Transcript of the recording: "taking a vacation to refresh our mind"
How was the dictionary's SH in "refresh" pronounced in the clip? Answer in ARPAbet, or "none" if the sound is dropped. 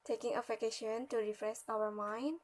S